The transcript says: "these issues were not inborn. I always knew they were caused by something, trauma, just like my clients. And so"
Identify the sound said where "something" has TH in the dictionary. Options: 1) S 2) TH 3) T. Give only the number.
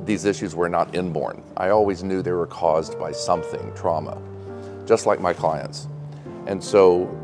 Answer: 2